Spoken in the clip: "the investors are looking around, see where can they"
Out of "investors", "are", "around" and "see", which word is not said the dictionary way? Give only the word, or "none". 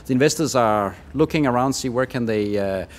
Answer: none